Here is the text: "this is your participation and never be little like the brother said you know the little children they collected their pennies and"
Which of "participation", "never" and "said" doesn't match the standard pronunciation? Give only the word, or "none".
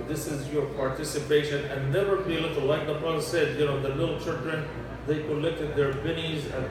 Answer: none